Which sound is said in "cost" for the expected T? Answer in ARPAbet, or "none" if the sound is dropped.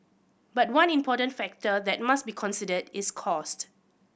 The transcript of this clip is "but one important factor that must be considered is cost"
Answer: T